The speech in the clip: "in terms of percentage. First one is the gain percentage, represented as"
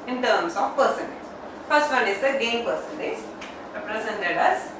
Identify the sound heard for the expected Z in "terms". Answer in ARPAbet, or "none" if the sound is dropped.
S